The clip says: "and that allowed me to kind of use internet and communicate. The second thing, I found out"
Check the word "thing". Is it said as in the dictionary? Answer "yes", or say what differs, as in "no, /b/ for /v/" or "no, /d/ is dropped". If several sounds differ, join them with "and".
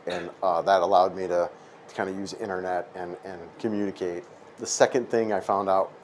yes